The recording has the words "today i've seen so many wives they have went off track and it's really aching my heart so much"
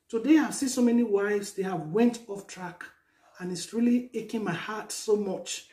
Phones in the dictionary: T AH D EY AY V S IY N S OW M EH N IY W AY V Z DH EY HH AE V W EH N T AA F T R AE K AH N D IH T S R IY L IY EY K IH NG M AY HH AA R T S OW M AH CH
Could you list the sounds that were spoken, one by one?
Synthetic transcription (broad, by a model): T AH D EY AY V S IY N S OW M EH N IY W AY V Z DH EY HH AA V W EH N T AA F T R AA K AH N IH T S R IY L IY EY K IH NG M AY HH AA T S OW M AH CH